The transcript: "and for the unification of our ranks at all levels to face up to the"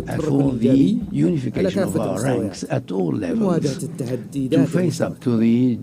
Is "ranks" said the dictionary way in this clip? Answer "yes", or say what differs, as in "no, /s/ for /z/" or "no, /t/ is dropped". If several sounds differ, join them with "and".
yes